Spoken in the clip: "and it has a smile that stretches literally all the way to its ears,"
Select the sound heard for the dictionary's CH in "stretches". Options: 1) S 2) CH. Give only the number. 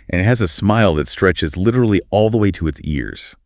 2